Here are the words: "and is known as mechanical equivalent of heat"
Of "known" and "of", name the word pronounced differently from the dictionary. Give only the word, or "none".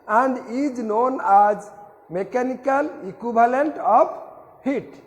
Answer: of